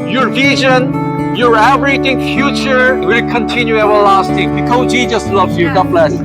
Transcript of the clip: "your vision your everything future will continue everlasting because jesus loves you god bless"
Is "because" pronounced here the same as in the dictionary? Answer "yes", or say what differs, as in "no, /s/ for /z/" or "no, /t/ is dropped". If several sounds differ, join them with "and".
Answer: no, /z/ is dropped